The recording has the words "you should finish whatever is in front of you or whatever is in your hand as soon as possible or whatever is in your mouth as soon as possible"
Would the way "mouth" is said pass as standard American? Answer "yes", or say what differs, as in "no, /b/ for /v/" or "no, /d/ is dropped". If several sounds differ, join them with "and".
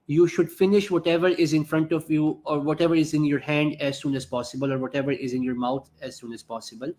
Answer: no, /t/ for /θ/